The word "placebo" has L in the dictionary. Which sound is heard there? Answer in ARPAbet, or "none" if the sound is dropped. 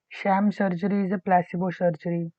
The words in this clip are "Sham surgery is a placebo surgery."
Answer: L